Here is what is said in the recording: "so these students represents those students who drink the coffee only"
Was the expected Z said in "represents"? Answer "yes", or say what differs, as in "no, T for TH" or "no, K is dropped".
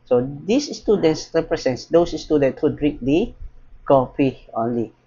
no, S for Z